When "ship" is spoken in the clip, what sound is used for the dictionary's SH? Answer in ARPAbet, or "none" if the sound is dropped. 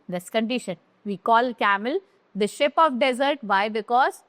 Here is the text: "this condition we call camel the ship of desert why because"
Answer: SH